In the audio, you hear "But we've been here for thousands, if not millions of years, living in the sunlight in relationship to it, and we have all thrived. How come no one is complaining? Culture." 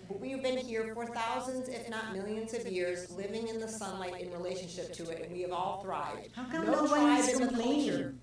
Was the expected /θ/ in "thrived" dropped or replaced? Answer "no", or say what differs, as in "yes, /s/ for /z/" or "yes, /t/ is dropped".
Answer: no